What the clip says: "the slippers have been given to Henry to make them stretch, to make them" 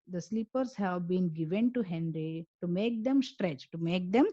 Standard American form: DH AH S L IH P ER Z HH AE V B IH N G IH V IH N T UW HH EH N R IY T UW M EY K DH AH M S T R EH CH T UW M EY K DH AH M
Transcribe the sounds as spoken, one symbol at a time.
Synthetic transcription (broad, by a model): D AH S L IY P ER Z HH AE V B IH N G IH V IH N T UW HH EH N R IY T UW M EY K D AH M S T R EH CH T UW M EY K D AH M